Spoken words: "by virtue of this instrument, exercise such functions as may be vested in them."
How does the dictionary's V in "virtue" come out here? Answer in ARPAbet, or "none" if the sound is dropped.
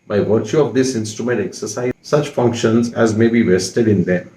V